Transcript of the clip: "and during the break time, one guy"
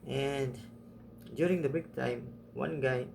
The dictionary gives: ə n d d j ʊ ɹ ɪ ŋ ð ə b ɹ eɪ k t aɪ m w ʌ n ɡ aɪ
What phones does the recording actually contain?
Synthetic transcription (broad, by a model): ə n d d j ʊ ɹ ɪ ŋ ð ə b ɪ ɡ t aɪ m w ʌ n ɡ aɪ